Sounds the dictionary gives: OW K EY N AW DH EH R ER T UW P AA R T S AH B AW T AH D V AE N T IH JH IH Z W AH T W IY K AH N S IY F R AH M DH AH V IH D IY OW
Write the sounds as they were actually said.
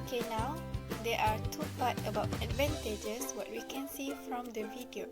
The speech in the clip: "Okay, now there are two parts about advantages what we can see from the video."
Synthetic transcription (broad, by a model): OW K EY N AW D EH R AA T UW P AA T AH B AW T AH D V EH N T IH JH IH S W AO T W IY K AH N S IY F R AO M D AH V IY D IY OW